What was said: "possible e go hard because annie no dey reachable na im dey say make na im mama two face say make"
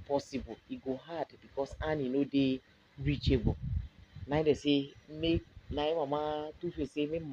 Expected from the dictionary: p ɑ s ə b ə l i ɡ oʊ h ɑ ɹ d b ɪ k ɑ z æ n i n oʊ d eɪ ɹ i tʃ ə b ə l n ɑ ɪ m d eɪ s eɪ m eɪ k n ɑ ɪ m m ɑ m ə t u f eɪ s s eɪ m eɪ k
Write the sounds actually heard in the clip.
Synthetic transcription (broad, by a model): p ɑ s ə b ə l i ɡ oʊ h ɑ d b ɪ k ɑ s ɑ n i n oʊ d eɪ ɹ i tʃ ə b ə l n ɑ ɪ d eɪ s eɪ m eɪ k n ɑ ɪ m m ɑ m ə t u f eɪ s s eɪ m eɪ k